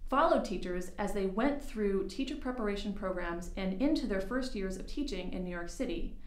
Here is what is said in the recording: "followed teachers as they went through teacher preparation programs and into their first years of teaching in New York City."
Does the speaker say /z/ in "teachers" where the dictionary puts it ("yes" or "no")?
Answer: yes